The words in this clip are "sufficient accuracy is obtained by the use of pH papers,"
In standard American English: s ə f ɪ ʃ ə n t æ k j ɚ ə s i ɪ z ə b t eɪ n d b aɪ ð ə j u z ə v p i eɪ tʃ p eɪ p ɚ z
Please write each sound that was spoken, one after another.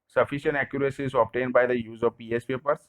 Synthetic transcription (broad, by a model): s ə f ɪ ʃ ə n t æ k j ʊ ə s i ɪ z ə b t eɪ n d b aɪ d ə j u z ə v p i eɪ s p eɪ p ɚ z